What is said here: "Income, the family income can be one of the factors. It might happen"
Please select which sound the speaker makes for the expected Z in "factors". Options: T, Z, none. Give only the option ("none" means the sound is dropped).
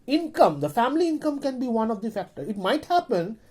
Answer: none